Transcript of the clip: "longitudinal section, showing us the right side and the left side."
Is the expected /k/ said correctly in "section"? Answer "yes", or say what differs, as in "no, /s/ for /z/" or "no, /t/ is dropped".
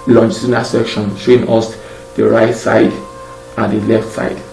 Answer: yes